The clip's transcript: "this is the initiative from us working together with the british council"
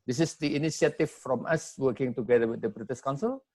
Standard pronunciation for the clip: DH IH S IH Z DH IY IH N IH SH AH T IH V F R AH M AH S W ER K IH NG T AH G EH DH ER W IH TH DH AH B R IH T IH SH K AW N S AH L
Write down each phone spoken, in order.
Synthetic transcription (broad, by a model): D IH S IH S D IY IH N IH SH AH T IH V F R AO M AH S W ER K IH NG T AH G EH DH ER W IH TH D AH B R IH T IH S K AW N S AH L